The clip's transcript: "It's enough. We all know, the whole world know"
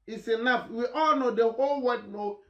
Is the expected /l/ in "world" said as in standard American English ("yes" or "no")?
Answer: no